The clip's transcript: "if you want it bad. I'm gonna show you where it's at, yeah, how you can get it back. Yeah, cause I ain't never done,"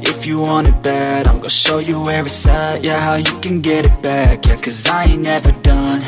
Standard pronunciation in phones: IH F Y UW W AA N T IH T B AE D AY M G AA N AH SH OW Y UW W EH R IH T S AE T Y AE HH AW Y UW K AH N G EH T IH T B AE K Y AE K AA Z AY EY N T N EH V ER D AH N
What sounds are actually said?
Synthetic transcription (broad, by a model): IH F Y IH W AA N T IH T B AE D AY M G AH SH OW Y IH W EH R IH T S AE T Y AE HH AW Y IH K AH N G EH T IH T B AE K Y AE K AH Z AY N N EH V ER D AH N